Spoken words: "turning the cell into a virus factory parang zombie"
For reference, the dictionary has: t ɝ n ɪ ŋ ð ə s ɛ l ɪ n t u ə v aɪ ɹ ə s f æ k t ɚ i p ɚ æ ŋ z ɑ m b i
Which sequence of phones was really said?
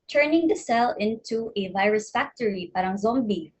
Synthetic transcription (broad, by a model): t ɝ n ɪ ŋ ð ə s ɛ l ɪ n t u ə v aɪ ɹ ə s f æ k t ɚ i p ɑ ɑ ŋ z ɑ m b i